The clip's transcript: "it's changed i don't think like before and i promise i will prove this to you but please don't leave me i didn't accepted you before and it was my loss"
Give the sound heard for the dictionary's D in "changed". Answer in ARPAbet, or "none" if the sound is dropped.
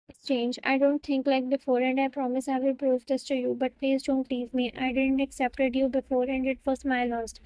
none